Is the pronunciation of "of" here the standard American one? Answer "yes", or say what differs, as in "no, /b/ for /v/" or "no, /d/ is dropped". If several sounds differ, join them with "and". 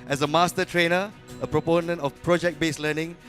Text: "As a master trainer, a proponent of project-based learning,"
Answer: no, /f/ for /v/